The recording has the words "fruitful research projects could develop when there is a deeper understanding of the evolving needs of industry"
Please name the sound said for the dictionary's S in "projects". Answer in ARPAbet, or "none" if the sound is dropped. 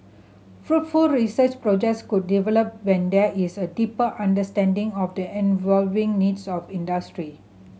S